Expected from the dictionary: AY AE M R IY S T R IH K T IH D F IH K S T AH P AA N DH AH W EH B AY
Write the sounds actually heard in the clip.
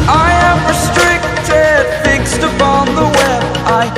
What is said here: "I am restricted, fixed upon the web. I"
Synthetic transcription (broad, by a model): AY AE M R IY S T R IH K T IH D F IH K S T AH P AA N DH AH W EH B AY